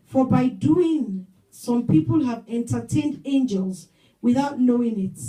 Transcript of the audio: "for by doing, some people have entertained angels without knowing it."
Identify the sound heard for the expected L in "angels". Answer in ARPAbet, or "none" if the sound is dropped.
L